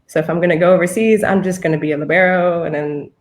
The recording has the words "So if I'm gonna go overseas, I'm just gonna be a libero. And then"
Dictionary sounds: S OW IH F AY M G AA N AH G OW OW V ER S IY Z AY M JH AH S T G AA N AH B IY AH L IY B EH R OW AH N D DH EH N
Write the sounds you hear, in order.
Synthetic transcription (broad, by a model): S OW IH F AY M G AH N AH G OW OW V ER S IY Z AY M JH AH S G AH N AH B IY AH L IY B EH R OW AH N DH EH N